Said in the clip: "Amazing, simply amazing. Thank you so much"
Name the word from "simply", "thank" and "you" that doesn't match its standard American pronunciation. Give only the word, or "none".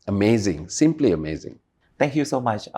thank